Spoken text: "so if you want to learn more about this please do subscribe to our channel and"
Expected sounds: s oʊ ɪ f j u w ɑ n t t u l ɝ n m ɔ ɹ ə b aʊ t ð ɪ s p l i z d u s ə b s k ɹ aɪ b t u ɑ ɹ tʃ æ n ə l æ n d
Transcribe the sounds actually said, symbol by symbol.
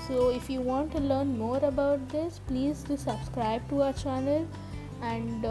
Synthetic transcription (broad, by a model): s oʊ ɪ f j u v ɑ n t t u l ɝ n m ɔ ɹ ə b aʊ t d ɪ s p l i z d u s ə b s k ɹ aɪ b t u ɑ tʃ æ n ə l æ n d